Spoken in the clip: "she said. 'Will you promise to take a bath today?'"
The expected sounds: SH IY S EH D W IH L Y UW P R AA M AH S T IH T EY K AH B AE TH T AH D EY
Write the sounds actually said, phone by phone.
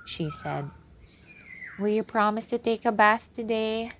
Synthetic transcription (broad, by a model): SH IY S EH D W IH L Y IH P R AA M AH S T IH T EY K AH B AE TH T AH D EY